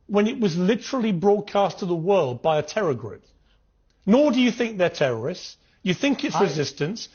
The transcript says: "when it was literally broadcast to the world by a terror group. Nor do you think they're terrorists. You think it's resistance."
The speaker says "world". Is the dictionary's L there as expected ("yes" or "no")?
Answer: yes